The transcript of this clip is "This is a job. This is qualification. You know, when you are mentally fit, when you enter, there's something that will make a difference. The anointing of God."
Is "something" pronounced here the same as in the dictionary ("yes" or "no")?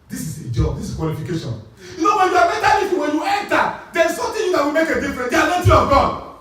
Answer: no